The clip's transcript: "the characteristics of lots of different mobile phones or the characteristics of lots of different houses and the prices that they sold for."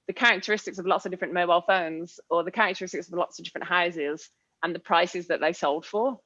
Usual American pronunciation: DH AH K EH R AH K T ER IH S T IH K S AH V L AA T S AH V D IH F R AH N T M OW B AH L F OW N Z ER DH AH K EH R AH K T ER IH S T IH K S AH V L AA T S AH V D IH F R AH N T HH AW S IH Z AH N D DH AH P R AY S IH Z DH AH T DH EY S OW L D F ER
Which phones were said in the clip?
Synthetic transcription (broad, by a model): DH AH K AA R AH K T ER IH S T IH K S AH V L AA T S AH V D IH F R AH N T M OW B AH L F OW N Z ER DH AH K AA R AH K T ER IH S T IH K S AH V L AA T S AH V D IH F R AH N T HH AW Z IH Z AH N DH AH P R AY S IH Z DH AH T DH EY S OW L D F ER